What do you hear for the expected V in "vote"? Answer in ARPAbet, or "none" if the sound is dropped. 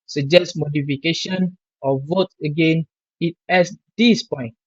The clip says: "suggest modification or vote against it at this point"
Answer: V